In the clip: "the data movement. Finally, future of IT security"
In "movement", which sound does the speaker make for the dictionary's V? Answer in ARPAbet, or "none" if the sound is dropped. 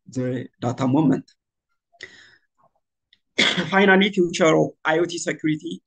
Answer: none